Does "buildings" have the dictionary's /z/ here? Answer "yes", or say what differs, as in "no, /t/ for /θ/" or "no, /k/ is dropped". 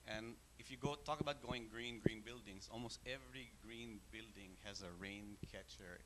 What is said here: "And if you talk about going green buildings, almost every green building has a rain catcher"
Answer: no, /s/ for /z/